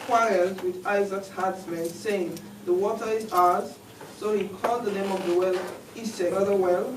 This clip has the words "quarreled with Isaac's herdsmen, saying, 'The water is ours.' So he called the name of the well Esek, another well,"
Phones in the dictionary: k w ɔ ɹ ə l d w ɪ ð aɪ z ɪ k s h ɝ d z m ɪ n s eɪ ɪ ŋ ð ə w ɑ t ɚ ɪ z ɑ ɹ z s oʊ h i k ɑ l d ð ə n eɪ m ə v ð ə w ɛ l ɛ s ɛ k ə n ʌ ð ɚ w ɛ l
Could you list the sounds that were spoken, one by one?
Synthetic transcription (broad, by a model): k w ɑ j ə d w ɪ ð aɪ z ɪ k s h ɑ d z m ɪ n s eɪ ɪ ŋ ð ə w ɑ t ɚ ɪ z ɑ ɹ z s oʊ h i k ɑ l d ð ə n eɪ m ə v ð ə w ɛ l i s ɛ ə ʌ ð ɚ w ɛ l